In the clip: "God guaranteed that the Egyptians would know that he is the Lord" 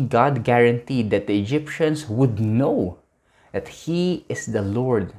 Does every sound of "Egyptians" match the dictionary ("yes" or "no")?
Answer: no